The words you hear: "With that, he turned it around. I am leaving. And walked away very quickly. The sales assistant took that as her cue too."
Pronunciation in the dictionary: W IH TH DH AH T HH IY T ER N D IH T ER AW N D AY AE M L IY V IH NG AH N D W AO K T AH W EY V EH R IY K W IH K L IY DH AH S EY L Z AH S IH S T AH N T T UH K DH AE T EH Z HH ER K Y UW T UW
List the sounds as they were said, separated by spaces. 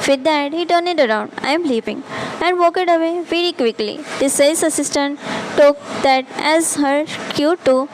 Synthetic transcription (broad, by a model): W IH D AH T HH IY T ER N IH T ER AW N D AY M L IY P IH NG AH N D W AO K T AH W EY V EH R IY K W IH K L IY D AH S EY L S AH S IH S T AH N T T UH K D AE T EH Z HH ER K Y UW T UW